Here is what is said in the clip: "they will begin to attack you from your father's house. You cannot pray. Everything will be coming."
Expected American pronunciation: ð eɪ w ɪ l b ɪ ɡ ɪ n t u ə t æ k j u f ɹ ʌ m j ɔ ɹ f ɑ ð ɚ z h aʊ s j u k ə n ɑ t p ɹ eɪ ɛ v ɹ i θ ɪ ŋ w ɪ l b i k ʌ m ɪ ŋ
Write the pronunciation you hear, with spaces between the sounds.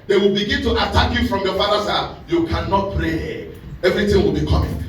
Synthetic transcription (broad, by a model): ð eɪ w ɪ l b ɪ ɡ ɪ n t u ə t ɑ k j u f ɹ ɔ m j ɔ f ɑ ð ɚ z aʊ j u k ə n ɑ t p ɹ eɪ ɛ v ɹ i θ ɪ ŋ w ɪ l b i k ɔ m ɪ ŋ